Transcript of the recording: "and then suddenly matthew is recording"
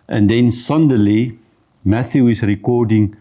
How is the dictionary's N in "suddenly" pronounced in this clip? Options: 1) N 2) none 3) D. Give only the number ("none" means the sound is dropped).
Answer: 2